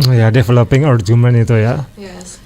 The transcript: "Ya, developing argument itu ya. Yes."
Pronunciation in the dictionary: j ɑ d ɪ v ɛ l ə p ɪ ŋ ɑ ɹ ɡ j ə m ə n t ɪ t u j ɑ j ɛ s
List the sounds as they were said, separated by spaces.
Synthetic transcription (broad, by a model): j ɑ d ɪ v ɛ l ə p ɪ ŋ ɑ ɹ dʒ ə m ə n ɪ t u j ɑ